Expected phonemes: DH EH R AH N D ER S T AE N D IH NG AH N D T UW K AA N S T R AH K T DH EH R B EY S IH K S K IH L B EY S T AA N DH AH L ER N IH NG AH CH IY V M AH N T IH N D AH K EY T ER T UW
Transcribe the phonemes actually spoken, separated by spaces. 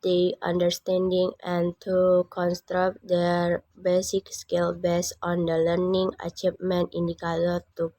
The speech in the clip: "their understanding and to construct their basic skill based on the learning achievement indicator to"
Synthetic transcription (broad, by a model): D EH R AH N D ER S T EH N D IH NG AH N T UW K AA N S T R AH K T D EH R B EY S IH K S K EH L B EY S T AA N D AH L ER N IH NG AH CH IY P M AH N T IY N D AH K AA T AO T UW